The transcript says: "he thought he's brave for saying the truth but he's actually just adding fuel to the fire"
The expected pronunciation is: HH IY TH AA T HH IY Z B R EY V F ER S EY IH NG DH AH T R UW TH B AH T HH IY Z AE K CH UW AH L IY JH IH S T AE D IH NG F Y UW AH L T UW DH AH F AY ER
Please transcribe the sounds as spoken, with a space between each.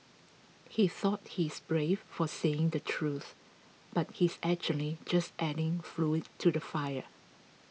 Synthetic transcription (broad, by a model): HH IY TH AA T HH IY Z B R EY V F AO S EY IH NG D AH T R UW TH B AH T HH IY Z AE K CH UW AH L IY JH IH S T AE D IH NG F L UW T UW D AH F AY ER